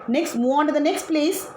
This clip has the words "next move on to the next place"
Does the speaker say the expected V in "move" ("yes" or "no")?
no